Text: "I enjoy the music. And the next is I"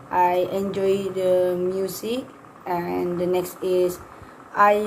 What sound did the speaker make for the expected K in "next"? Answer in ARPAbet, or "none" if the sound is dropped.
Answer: K